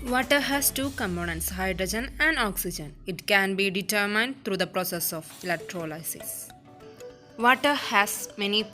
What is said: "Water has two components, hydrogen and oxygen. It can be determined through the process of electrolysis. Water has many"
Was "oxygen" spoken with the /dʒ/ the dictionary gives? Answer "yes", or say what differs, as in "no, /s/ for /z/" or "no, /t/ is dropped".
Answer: yes